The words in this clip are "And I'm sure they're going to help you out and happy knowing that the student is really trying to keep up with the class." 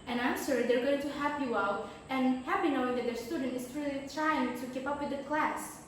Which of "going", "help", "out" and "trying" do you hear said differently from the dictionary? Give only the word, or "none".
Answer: help